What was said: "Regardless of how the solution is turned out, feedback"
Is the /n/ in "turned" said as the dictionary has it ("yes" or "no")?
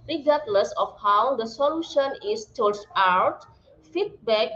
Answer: no